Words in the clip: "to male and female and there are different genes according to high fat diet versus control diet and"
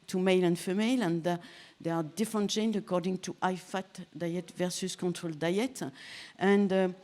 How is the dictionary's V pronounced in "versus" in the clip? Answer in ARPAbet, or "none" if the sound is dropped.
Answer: V